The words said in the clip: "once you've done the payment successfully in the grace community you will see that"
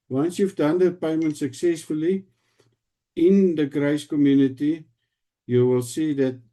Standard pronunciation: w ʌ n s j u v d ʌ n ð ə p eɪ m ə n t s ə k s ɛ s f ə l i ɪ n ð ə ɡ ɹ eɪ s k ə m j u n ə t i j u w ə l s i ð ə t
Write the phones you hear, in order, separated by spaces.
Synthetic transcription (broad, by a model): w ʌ n s j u f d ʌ n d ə p eɪ m ə n t s ə k s ɛ s f ə l i ɪ n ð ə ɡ ɹ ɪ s k ə m j u n ə t i j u w ə l s i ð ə t